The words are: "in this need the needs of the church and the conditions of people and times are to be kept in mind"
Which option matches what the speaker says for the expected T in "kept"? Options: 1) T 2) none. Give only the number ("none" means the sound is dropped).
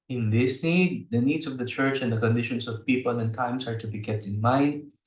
1